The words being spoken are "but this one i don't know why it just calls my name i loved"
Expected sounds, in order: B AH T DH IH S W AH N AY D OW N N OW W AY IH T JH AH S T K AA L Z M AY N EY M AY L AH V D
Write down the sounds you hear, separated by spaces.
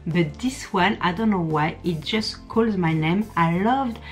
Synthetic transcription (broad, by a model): B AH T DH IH S W AH N AY D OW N N OW W AY IH T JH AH S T K AA L Z M AY N EY M AY L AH V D